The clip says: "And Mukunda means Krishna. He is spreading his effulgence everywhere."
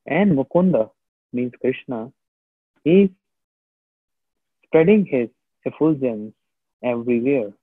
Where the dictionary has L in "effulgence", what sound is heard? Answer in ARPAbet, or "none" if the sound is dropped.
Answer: none